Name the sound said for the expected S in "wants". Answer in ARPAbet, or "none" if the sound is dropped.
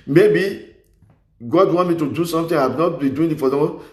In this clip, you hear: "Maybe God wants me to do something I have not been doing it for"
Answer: none